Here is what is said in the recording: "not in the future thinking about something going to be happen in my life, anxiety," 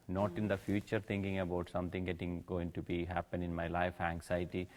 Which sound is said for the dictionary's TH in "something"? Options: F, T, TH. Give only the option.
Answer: T